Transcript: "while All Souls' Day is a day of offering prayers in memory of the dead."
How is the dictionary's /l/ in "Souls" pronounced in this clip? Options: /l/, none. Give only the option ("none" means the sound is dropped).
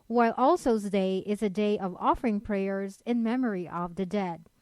none